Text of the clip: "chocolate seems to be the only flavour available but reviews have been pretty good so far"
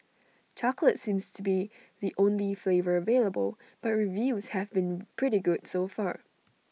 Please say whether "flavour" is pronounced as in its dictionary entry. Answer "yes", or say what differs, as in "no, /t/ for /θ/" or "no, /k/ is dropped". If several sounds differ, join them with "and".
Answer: yes